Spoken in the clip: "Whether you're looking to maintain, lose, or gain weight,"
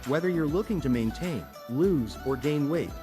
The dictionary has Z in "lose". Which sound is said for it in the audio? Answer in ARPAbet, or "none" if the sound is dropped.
Z